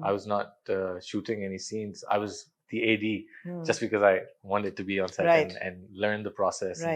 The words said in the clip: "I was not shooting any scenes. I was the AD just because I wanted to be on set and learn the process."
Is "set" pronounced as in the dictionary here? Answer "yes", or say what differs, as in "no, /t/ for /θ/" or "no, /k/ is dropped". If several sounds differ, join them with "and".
no, /t/ is dropped